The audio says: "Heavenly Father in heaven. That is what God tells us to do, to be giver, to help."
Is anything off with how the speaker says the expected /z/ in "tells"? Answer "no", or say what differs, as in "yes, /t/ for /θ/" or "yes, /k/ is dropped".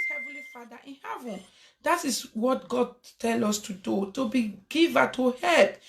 yes, /z/ is dropped